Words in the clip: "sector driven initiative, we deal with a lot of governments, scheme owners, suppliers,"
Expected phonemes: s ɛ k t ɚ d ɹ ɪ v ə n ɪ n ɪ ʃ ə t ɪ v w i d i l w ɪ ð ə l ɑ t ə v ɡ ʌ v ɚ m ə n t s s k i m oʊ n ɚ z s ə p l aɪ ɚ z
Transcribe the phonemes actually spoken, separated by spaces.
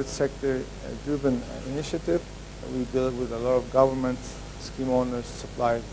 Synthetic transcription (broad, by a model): s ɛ k t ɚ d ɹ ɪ b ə n ɪ n ɪ ʃ ə t ɪ v w i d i l w ɪ ð ə l ɑ t ə v ɡ ʌ v ɚ m ə n t s s k i m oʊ n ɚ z s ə p l aɪ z